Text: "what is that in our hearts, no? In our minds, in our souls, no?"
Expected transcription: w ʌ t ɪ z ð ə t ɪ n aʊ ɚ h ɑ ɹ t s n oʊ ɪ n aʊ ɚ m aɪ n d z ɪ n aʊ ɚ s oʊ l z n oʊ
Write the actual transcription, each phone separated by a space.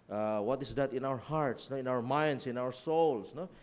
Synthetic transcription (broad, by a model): w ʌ t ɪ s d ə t ɪ n aʊ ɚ h ɑ ɹ t s n oʊ ɪ n aʊ ɚ m aɪ n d s ɪ n aʊ ɚ s oʊ l s n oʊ